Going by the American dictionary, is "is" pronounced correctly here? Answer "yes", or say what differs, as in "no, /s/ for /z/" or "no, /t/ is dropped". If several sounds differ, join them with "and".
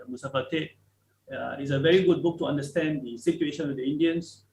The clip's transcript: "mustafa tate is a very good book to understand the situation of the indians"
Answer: no, /s/ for /z/